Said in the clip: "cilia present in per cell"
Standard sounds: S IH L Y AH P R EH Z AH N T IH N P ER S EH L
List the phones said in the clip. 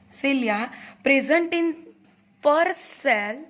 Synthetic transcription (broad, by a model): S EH L Y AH P R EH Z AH N T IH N P ER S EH L